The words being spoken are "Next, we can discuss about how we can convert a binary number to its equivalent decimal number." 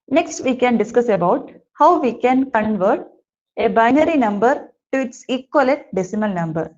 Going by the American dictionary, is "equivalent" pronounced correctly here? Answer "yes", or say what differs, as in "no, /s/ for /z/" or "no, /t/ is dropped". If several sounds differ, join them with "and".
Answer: no, /n/ is dropped